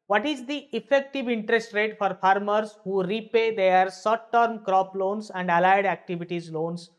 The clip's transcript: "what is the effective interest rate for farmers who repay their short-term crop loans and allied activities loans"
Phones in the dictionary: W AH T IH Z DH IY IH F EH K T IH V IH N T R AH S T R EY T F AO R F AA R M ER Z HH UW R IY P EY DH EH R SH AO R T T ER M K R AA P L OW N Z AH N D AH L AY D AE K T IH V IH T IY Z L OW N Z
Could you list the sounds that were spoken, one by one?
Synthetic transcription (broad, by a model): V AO T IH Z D IY IH F EH K T IH V IH N T R AH S T R EY T F AO R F AA R M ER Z HH UW R IY P EY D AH R S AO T T ER M K R AA P L OW N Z AH N D AH L AY D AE K T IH V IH T IY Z L OW N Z